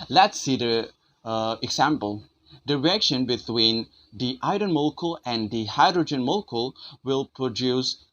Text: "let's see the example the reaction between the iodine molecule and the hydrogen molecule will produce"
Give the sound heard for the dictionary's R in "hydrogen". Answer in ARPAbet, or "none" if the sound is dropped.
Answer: R